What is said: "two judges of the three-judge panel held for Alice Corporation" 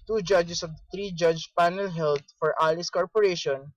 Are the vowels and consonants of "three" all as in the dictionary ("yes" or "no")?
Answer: no